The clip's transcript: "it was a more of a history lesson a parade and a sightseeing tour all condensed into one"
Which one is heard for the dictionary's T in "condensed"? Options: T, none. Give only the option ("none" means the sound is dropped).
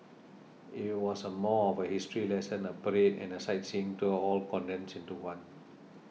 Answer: none